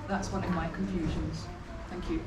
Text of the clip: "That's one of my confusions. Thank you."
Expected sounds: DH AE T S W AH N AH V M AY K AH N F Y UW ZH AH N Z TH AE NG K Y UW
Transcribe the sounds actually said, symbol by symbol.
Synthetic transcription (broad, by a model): DH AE T S W AH N AH V M AY K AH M F Y UW ZH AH N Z TH AE NG K Y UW